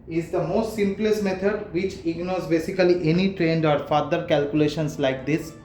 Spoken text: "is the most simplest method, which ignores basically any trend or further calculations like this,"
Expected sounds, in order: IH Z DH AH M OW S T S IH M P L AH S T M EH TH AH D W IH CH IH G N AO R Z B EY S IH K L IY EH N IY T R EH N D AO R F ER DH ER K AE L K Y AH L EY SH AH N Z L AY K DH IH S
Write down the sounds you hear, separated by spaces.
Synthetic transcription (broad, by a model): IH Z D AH M OW S T S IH M P L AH S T M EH T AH D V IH CH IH G N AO R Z B EY S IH K L IY EH N IY T R EH N D AO R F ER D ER K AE L K Y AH L EY SH AH N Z L AY K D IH S